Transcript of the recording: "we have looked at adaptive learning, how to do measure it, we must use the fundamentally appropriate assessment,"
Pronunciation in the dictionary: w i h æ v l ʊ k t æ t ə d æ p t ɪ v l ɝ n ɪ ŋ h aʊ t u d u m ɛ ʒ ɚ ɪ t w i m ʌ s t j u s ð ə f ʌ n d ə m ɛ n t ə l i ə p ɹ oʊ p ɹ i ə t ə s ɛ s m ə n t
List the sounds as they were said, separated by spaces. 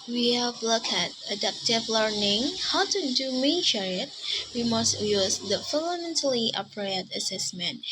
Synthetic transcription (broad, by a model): w i h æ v l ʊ k æ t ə d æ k t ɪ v l ɝ n ɪ ŋ h aʊ t u d u m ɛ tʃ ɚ ɪ t w i m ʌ s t j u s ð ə f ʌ n d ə m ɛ n t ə l i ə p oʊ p ɹ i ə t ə s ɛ s m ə n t